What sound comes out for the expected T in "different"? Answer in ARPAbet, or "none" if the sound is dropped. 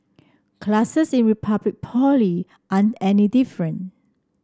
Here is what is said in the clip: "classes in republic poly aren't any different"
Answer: none